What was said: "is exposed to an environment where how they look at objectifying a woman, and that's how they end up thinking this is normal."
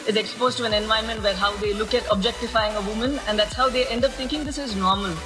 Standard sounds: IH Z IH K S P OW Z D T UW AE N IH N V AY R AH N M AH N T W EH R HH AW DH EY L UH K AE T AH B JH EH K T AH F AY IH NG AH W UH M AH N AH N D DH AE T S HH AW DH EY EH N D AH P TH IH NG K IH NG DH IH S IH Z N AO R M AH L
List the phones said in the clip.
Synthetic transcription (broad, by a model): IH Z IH K S P OW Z T UW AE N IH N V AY AH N M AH N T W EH R HH AW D EY L UH K AE T AH B JH EH K T AH F AY IH NG AH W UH M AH N AH N D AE T S HH AW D EY EH N D AH P T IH NG K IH NG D IH S IH Z N AO R M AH L